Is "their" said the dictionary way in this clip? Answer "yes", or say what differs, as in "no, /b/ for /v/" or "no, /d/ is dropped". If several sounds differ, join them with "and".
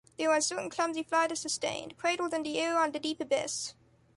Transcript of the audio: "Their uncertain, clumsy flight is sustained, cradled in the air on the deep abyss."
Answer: no, /w/ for /ɹ/